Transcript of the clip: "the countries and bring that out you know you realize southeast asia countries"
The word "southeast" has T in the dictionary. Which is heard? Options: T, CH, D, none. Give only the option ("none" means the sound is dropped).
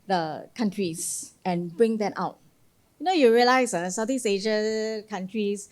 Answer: none